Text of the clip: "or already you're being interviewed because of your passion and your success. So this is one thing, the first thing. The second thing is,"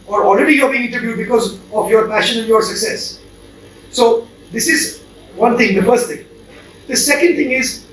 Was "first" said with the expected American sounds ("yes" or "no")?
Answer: yes